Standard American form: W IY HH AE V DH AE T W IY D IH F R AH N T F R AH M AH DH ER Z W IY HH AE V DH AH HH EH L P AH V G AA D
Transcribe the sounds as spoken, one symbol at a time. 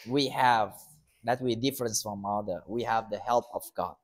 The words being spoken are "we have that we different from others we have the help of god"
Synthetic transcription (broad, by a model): W IY HH AE V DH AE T W IY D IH F R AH N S F R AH M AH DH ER W IY HH AE V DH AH HH EH L P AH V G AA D